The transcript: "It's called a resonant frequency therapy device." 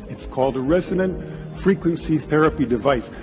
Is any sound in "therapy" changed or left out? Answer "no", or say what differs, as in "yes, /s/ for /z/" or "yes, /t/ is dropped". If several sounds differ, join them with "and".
no